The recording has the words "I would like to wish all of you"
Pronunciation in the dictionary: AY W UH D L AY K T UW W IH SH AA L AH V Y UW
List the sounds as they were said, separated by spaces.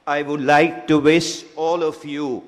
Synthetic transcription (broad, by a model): AY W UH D L AY K T UW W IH S AA L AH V Y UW